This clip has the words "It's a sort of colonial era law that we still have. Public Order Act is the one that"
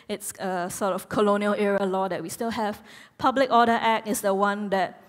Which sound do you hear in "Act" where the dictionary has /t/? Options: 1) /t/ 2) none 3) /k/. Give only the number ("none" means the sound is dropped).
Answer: 2